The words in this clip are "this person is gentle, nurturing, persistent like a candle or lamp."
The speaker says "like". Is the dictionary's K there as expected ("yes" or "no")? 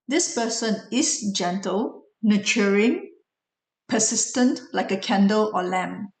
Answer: yes